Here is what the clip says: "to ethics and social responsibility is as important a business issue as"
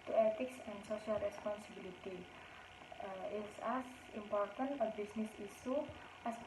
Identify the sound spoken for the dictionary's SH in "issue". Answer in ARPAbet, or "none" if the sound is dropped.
S